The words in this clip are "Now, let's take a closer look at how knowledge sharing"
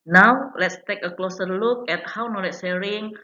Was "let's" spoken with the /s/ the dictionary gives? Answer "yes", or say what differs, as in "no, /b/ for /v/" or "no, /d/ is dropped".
yes